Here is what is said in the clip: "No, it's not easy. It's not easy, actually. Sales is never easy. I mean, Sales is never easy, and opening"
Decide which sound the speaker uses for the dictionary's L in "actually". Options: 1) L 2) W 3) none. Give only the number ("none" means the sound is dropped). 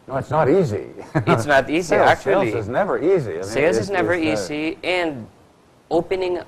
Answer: 3